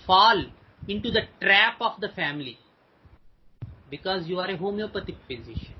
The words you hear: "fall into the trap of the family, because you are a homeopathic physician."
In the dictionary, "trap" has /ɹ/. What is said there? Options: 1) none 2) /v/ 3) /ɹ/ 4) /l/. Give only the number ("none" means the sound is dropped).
3